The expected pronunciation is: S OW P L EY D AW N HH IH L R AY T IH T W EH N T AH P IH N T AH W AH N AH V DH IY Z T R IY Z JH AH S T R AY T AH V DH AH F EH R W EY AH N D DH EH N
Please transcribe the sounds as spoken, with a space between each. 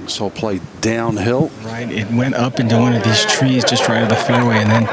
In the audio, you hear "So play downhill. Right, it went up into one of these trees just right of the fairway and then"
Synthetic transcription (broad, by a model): S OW P L EY D AW N HH IH L R AY T IH T W EH N T AH P IH N T AH W AH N AH V DH IY Z T R IY Z JH AH S T R AY T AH DH AH F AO R W EY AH N DH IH N